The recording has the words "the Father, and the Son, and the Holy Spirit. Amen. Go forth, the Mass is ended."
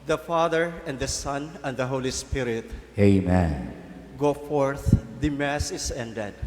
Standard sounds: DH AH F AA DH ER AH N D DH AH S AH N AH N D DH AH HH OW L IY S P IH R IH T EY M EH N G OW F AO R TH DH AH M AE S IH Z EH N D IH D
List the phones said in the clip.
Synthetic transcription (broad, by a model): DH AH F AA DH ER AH N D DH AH S AH N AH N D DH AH HH OW L IY S P IH R IH T EY M EH N G OW F AO R TH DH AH M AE S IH S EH N D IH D